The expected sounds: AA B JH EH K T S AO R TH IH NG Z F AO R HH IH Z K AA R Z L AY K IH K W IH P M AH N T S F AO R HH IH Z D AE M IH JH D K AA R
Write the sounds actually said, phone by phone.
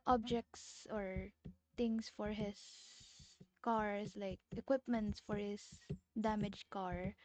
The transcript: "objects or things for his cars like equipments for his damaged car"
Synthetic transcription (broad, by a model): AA B JH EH K T S AO R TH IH NG S F AO R HH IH S K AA R S L AY K IH K W IH P M AH N T S F AO R HH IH S D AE M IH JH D K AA R